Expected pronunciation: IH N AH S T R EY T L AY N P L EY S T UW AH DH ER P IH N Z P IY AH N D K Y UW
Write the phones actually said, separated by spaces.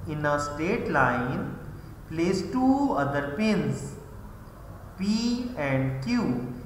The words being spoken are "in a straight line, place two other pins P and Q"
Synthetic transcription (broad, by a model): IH N AH S T EY T L AY N P L EY S T UW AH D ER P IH N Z P IY AH N D K Y UW